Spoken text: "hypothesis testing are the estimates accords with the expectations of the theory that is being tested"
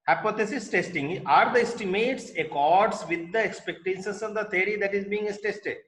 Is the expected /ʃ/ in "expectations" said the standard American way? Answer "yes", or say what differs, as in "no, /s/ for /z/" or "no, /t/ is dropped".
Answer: no, /s/ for /ʃ/